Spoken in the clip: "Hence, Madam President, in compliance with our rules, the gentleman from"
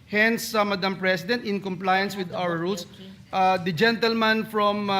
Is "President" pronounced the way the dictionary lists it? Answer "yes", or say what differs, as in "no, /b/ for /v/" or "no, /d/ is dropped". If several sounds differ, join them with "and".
no, /s/ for /z/